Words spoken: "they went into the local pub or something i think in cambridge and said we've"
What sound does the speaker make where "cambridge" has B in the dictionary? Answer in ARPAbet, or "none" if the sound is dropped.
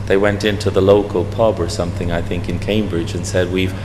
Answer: B